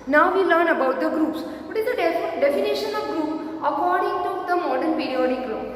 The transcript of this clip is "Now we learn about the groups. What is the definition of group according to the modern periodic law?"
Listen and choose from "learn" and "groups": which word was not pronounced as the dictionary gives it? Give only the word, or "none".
none